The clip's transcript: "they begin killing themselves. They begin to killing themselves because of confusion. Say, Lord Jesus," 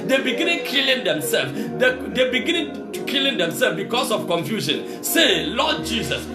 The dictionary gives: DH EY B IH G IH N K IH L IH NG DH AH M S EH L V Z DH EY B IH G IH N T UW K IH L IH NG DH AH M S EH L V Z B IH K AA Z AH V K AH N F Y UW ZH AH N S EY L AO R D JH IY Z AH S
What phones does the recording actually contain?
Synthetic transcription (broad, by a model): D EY B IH G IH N K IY L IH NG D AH M S EH L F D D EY B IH G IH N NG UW K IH L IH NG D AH M S EH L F B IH K AA S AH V K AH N F Y UW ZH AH N S EY L AO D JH IY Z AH S